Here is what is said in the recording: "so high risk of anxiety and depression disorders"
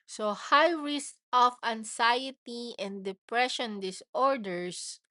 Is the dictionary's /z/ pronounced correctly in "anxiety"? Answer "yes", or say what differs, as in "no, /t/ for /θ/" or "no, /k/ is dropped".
no, /s/ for /z/